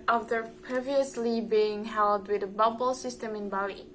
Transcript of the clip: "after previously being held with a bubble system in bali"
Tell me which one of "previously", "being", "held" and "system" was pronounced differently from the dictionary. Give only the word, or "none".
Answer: none